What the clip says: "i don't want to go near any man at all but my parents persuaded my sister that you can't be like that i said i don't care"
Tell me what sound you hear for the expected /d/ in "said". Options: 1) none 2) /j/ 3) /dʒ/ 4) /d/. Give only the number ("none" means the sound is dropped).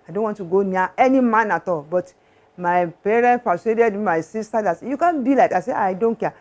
1